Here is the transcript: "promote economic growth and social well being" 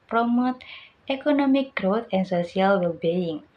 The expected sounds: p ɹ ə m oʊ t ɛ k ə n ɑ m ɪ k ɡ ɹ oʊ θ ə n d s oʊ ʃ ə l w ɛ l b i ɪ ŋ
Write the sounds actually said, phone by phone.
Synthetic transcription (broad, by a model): p ɹ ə m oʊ t ɛ k ə n ɑ m ɪ k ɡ ɹ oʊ t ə n s oʊ s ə l w ɛ l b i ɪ ŋ